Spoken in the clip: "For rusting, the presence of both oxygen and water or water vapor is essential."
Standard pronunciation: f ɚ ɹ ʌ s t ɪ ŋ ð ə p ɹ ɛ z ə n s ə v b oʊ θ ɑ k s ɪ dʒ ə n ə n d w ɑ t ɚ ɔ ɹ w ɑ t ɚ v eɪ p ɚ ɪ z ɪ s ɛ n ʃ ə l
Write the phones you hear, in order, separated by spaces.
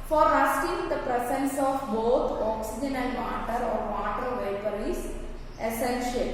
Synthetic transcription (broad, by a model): f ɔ ɹ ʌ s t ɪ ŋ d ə p ɹ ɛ s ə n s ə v b oʊ t ɑ k s ɪ dʒ ə n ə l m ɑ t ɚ ɔ ɹ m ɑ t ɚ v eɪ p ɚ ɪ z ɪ s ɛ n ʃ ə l